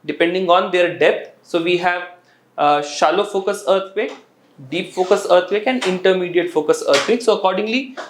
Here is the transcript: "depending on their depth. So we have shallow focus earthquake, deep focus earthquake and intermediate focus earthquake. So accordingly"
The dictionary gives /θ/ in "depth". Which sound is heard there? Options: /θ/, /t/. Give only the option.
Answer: /t/